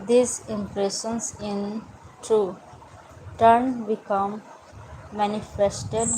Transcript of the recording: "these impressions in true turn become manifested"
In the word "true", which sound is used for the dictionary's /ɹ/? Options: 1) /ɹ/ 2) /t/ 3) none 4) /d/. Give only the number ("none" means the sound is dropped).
3